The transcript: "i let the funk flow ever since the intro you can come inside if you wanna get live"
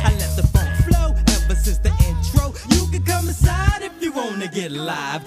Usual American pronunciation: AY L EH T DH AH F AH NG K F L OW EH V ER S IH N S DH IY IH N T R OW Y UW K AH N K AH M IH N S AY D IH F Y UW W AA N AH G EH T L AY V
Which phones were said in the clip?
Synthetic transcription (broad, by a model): AY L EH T DH AH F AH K F L OW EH P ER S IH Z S DH IY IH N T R OW Y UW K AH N K AH M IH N S AY D IH F Y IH W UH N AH G EH T L AY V